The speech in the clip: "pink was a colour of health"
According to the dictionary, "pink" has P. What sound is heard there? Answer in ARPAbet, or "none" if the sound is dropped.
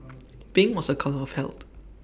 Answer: B